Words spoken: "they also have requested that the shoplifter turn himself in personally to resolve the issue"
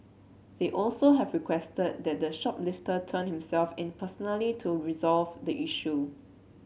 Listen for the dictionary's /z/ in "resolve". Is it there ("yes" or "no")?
yes